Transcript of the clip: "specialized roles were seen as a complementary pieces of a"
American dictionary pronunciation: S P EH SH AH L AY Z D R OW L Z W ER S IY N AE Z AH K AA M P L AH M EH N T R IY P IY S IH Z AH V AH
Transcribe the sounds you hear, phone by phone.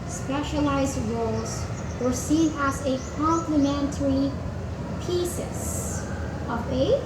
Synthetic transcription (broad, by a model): S P EH SH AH L AY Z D R OW L Z W ER S IY N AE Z AH K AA M P L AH M EH N T R IY P IY S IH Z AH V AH